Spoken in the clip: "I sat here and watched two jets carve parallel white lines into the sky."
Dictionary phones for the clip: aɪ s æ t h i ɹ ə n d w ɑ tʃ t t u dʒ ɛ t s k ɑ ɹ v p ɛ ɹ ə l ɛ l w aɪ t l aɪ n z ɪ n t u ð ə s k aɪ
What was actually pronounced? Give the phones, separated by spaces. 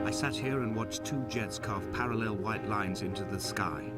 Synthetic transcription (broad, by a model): aɪ s æ t h i ɹ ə n w ɑ tʃ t t u dʒ ɛ t s k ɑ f p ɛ ɹ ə l ɛ l w aɪ t l aɪ n z ɪ n t u ð ə s k aɪ